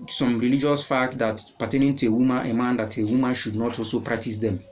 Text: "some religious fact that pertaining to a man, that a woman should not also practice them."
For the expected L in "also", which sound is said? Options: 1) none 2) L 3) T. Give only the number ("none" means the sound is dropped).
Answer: 2